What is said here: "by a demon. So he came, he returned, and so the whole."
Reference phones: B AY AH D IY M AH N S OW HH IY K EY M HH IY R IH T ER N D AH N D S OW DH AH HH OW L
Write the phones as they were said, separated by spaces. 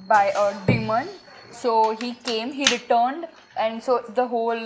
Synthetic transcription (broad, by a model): B AY AH D IY M AH N S OW HH IY K EY M HH IY R IH T ER N D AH N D S OW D AH HH OW L